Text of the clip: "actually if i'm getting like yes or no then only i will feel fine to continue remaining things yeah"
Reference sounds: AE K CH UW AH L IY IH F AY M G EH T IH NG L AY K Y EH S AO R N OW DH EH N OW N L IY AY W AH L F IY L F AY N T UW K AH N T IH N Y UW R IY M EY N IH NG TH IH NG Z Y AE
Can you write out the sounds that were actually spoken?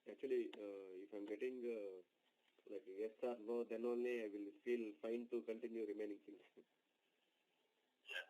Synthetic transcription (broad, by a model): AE K CH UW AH L IY IH F AY M G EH T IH NG L AY K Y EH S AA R L OW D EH N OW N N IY AY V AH L F IY L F AY N T UW K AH N T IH N Y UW R IY M EY N IH NG S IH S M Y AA